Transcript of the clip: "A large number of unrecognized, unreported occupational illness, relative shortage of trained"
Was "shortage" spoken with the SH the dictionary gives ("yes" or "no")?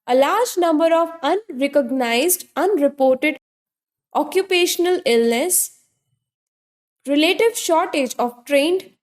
yes